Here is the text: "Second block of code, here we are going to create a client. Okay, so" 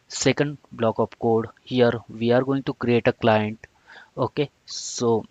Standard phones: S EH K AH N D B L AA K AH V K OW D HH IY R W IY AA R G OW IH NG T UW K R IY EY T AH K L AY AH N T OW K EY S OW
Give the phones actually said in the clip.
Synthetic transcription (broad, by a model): S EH K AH N D B L AA K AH P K OW D HH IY R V IY AA R G OW IH NG T UW K R IY EY T AH K L AY AH N T OW K EY S OW